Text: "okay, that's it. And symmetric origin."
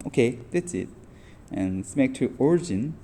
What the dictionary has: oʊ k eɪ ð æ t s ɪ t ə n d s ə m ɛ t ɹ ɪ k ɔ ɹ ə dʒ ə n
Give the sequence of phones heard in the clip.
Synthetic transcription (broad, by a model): oʊ k eɪ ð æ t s ɪ t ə n s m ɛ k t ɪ ɔ ɹ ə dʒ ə n